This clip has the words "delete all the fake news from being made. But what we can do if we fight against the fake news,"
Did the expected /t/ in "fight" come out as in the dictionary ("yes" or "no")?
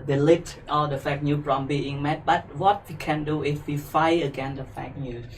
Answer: no